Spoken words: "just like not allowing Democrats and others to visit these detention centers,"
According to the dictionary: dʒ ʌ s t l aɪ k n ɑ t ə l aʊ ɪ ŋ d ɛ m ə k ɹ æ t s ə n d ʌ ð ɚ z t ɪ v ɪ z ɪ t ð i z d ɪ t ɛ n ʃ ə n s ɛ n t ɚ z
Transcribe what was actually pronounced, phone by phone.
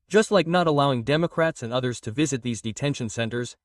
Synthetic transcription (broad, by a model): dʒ ʌ s t l aɪ k n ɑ t ə l aʊ ɪ ŋ d ɛ m ə k ɹ æ t s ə n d ʌ ð ɚ z t ɪ v ɪ z ɪ t ð i z d ɪ t ɛ n ʃ ə n s ɛ n t ɚ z